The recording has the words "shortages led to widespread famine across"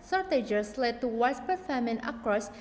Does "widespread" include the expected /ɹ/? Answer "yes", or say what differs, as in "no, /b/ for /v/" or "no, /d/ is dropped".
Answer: no, /ɹ/ is dropped